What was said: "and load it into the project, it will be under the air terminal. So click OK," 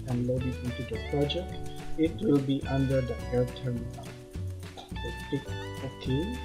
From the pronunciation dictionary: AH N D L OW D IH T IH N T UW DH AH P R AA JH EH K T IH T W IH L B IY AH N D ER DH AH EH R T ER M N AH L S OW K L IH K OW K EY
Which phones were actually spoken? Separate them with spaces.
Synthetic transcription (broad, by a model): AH N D L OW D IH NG IH N T UW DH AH P R AA JH EH K T IH T W IH L B IY AH N D ER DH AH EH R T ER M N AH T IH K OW K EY